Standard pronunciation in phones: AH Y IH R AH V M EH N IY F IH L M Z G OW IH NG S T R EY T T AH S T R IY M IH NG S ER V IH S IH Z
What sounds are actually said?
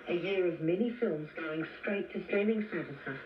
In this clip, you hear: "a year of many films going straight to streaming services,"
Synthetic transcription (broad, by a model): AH Y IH R AH V M EH N IY F IH L M Z G OW IH NG S T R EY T T AH S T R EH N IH NG S ER V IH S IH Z